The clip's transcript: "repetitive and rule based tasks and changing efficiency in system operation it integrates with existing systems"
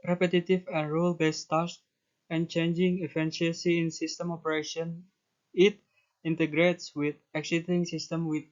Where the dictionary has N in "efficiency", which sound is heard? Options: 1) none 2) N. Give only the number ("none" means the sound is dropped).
1